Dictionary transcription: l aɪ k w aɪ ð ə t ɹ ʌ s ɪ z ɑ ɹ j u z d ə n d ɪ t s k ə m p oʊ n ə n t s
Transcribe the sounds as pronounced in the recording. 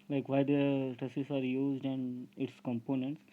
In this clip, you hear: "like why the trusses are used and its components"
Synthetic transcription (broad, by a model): l aɪ k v aɪ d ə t ʌ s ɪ s ɑ ɹ j u z d ə n d ɪ t s k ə m p oʊ n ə n t s